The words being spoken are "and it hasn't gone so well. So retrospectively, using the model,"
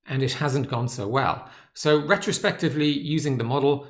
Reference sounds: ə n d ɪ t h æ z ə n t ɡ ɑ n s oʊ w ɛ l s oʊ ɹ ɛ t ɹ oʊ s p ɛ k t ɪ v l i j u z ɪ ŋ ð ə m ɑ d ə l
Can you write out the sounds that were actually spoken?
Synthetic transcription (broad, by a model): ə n ɪ t h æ z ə n ɡ ɑ n s oʊ w ɛ l s oʊ ɹ ɛ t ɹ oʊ s p ɛ k t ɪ v l i j u z ɪ ŋ ð ə m ɑ d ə l